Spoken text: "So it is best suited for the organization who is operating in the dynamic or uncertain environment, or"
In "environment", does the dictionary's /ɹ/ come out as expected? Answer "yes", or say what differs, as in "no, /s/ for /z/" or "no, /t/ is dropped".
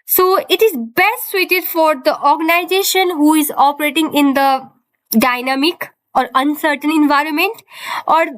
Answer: yes